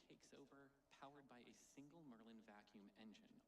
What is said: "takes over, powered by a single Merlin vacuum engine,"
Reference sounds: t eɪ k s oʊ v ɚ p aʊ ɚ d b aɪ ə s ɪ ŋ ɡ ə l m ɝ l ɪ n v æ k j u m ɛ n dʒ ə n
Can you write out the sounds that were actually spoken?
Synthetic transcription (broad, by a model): eɪ k s oʊ v ɚ p aʊ ɚ d b aɪ ə s ɪ ŋ ɡ l m ɝ l ɪ n v æ k j u m ɛ n dʒ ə n